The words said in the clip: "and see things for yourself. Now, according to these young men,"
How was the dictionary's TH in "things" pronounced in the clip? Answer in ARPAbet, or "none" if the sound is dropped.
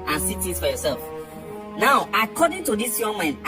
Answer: T